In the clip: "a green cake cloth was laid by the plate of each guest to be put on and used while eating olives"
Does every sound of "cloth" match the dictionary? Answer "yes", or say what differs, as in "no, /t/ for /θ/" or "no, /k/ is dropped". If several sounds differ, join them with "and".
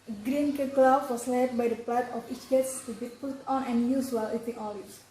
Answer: no, /f/ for /θ/